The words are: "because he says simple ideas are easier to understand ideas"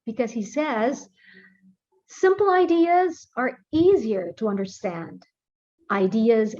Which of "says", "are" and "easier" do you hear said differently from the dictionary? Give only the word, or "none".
none